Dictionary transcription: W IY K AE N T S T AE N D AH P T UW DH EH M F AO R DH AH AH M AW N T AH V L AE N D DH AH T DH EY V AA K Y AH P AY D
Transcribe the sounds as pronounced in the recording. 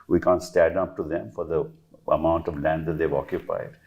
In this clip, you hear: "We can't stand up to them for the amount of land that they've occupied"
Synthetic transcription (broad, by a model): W IY K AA N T S T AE D AH P T UW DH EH M F AO R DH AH AH M AW N T AH V L AE N D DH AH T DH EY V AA K Y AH P AY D